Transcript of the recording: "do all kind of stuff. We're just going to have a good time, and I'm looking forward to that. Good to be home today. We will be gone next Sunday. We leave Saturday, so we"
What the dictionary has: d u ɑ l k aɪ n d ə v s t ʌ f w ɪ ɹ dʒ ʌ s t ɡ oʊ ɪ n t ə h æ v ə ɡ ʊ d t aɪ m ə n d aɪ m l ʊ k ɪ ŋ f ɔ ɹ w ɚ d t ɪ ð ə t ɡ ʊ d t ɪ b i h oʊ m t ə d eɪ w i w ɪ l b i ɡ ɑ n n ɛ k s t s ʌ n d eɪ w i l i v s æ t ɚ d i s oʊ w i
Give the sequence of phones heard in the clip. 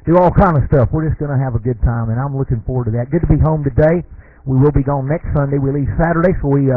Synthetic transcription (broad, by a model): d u ɑ l k aɪ n d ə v s t ʌ f w ɪ ɹ dʒ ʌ s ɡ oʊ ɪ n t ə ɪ v ə ɡ ʊ d t aɪ m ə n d aɪ m l ʊ k ɪ ŋ f ɔ ɹ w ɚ t ɪ ð ə t ɡ ʊ d t ɪ b i h oʊ m t ə d eɪ w i w ɪ l b i ɡ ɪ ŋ n ɛ k s t s ʌ n d eɪ w i l i v s æ t ɚ d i s oʊ w i